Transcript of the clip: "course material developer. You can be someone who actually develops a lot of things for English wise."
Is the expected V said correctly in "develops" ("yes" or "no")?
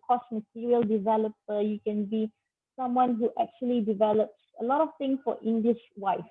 yes